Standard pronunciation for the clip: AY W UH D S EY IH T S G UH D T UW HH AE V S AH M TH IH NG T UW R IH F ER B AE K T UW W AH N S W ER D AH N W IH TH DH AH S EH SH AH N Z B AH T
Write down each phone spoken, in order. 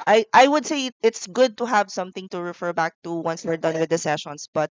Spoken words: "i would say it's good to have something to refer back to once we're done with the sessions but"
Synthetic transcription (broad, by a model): AY W UH D S EY IH T S G UH D T UW HH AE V S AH M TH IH NG T UW R IH F ER B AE K T UW W AH N S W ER D AH N W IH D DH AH S EH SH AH N S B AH T